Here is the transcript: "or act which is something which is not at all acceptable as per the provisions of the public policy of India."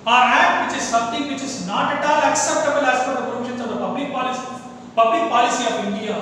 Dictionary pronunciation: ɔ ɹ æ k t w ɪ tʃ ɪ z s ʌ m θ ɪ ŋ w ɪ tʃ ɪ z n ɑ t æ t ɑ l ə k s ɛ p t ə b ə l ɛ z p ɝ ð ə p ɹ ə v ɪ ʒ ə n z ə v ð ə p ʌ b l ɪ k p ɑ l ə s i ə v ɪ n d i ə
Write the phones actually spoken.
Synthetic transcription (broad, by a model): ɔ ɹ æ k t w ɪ tʃ ɪ z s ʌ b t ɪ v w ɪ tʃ ɪ z n ɑ t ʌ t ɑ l ə k s ɛ p t ə b ə l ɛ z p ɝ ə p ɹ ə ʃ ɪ s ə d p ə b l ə p ʌ b l ɪ k p ɑ l ə s i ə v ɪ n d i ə